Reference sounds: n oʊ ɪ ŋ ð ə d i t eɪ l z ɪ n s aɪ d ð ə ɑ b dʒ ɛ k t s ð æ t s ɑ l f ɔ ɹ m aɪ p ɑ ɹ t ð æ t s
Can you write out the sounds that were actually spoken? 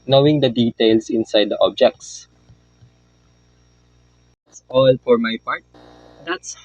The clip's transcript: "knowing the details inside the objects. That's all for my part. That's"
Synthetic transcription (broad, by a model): n oʊ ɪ ŋ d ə d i t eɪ l s ɪ n s aɪ d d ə ɑ b dʒ ɛ k t s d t s ɑ l f ɔ ɹ m aɪ p ɑ ɹ t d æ t s